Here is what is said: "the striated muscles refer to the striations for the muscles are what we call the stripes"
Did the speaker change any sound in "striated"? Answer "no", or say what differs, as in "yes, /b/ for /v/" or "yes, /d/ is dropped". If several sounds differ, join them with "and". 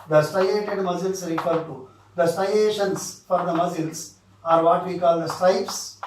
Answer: yes, /ɹ/ is dropped